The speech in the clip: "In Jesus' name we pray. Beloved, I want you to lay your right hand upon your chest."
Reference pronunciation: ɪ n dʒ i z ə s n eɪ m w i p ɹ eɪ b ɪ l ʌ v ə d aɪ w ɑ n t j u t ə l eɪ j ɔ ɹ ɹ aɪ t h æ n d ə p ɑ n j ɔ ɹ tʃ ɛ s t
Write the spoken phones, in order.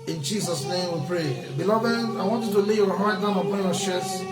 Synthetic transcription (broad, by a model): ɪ n dʒ i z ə s n eɪ m w i p ɹ eɪ b ɪ l ʌ v ə d aɪ w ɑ n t j u t ə l eɪ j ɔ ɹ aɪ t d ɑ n ə p ɑ n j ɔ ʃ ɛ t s